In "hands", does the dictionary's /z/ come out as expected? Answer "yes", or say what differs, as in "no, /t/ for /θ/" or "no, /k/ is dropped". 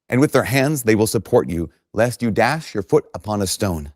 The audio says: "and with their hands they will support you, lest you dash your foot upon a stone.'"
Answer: yes